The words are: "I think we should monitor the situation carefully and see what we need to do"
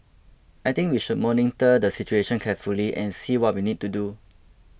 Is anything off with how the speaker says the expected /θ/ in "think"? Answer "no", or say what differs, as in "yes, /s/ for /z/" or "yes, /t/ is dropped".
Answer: yes, /t/ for /θ/